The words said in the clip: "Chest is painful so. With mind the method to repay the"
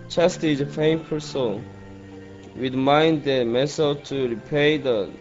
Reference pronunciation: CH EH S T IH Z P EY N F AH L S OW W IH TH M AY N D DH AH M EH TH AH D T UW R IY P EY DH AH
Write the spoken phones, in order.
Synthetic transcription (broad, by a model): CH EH S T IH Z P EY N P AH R S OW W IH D M AY N D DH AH M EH S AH T UW R IY P EY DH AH